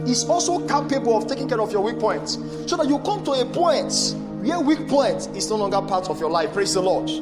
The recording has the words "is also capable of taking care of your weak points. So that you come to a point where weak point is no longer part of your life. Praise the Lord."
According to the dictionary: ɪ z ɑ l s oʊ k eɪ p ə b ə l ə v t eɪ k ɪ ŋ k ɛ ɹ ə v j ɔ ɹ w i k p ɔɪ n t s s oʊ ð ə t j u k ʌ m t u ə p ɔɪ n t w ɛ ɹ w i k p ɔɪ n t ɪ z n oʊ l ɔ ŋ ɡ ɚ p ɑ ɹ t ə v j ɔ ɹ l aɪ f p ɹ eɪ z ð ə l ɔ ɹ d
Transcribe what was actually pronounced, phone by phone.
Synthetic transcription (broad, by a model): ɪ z ɑ l s oʊ k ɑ p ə b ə l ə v t eɪ k ɪ ŋ k ɛ ɹ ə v j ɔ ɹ w i k p ɔɪ n t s s oʊ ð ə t j u k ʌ m t u ə p ɔɪ n t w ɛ w i k p ɔɪ n t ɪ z n oʊ l ɔ ŋ ɡ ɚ p ɑ t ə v j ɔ l aɪ f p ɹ eɪ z ð ə l ɔ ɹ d